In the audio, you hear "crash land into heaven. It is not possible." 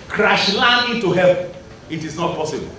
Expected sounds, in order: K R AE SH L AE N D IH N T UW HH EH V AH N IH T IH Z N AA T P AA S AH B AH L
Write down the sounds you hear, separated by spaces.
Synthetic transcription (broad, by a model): K R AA SH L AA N IH T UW HH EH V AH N IH T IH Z N AA T P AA S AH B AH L